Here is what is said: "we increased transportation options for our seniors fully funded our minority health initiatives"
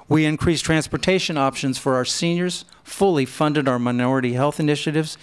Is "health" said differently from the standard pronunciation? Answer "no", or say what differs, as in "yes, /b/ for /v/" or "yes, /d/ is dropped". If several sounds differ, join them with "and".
no